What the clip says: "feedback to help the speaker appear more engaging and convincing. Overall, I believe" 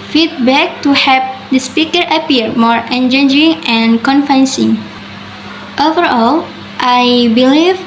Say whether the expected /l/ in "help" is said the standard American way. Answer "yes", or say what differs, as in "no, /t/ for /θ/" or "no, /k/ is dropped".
no, /l/ is dropped